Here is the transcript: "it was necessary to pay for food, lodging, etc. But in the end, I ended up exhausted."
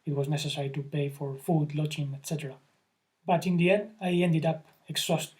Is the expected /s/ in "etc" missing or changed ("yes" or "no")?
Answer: no